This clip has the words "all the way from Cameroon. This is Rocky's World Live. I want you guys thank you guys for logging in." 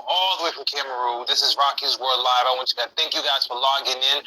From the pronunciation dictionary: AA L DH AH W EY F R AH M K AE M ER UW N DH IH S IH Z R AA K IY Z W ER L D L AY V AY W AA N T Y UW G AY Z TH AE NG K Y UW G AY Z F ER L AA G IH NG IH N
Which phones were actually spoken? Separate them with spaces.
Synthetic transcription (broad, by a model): AA L DH AH W EY F R AH M K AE M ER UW DH IH S IH Z R AA K IY Z W ER D L AY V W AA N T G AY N TH AE NG K Y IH G AY Z F ER L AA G IH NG IH N